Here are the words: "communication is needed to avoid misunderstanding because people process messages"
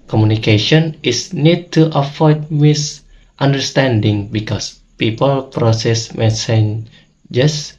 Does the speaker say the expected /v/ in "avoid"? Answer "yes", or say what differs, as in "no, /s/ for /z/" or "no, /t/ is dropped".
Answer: no, /f/ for /v/